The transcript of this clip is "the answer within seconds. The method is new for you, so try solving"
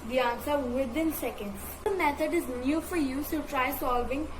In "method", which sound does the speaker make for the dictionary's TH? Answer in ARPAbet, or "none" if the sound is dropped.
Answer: T